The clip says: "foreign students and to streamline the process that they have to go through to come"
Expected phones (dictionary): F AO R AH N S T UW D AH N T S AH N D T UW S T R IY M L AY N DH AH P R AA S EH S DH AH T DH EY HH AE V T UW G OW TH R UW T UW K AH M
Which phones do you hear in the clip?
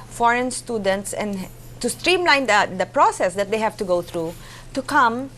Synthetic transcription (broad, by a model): F AO R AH N S T UW D AH N T S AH N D T UW S T R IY M L AY N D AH P R AA S EH S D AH T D EY HH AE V T UW G OW T R UW T UW K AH M